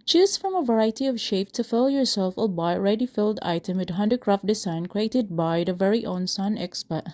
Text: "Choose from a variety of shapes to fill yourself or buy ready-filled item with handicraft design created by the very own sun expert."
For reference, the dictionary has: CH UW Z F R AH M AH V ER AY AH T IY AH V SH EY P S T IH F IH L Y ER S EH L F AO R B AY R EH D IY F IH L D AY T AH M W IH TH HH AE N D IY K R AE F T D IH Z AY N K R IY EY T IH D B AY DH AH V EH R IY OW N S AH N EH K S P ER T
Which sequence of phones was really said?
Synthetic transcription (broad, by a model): CH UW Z F R AH M AH V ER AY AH T IY AH V SH EY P T IH F IH L Y ER S EH L F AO L B AY R EH D IY F IH L D AY T AH M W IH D HH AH N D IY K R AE F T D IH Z AY N K R IY EY T IH D B AY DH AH V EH R IY OW N S AH N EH K S P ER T